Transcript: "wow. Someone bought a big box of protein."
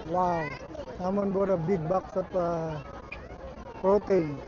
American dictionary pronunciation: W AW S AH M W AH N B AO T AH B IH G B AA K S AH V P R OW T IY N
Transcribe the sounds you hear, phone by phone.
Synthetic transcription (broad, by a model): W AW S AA M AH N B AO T AH B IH G B AA K S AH P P R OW T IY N